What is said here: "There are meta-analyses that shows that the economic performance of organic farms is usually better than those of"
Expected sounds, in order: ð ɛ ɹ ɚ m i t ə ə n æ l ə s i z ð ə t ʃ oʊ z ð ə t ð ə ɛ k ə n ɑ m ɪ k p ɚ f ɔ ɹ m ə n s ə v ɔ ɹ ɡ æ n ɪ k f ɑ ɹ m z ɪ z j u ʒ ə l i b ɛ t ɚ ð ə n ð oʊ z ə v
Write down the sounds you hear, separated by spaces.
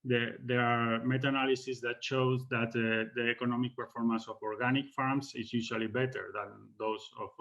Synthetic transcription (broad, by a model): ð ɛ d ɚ m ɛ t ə n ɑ l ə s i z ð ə t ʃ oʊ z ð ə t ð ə ɛ k ə n ɑ m ɪ k p ɚ f ɔ ɹ m ə n s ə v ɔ ɹ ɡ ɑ n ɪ k f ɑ ɹ m s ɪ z j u ʃ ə l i b ɛ t ɚ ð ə n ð oʊ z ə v